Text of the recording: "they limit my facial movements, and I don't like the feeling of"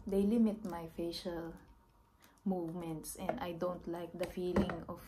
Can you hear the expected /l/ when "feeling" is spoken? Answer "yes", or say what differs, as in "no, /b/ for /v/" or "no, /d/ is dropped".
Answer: yes